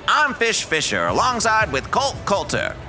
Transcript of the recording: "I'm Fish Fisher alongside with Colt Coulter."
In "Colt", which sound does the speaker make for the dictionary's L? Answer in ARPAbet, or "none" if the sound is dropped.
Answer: L